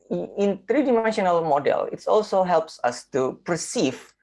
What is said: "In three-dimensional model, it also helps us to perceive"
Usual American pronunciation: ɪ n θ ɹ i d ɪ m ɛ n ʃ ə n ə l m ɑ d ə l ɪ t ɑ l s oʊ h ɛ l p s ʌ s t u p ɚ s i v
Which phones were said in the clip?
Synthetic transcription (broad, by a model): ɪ n t ɹ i d ɪ m ɛ n ʃ ə n ə l m ɑ d ə l ɪ t ɑ l s oʊ h ɛ l p s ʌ s t u p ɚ s i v